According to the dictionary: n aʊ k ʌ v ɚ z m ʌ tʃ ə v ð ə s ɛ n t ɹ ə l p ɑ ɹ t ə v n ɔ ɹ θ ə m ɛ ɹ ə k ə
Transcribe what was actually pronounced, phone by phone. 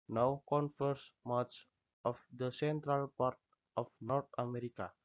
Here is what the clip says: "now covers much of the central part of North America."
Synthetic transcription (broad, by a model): n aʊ k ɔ f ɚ s m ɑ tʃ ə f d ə s ɛ n t ɹ ə l p ɑ ɹ t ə f n ɔ ɹ t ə m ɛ ɹ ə k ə